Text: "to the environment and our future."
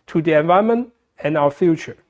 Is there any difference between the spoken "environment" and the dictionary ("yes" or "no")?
yes